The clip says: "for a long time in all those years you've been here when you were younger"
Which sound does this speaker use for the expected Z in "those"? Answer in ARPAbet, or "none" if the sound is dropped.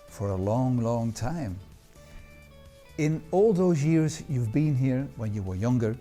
Z